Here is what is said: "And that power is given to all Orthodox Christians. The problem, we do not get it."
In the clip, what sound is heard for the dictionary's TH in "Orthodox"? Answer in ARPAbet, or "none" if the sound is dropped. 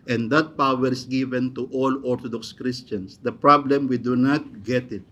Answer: T